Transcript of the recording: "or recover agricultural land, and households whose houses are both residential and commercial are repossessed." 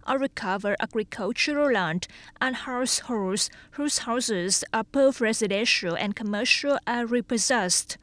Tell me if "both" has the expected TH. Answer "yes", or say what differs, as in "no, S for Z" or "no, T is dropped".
no, F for TH